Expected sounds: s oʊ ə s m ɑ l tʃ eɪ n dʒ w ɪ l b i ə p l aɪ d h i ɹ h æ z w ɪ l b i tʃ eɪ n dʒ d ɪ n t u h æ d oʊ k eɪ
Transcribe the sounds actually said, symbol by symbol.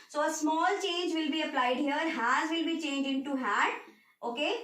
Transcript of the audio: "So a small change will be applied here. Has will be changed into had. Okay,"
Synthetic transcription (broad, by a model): s oʊ ə s m ɑ l tʃ eɪ n dʒ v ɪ l b i ə p l aɪ d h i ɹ h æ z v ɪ l b i tʃ eɪ n dʒ ɪ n t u h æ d oʊ k eɪ